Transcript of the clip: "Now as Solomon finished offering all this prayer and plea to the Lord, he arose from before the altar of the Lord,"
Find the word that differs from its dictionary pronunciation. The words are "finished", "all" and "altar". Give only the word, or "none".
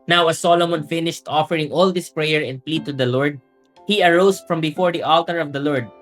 none